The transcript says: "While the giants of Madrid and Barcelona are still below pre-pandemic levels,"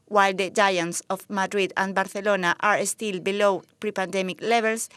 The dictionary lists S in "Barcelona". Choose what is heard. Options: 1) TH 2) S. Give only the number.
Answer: 1